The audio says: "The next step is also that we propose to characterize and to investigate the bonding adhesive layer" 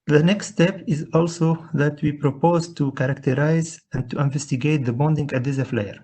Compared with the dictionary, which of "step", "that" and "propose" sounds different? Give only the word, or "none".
none